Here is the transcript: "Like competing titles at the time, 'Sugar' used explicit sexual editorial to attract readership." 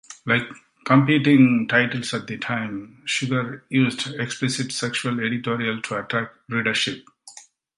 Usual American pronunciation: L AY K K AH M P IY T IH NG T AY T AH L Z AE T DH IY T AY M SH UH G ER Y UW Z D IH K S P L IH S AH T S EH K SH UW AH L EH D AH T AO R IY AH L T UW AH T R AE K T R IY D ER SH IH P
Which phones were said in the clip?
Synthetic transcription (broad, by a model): L AY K K AH M P IY T IH NG T AY T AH L S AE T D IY T AY M SH UH G ER Y UW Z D IH K S P L IH S AH T S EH K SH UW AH L EH D AH T AO R IY AH L T UW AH T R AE K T R IY D ER SH IH P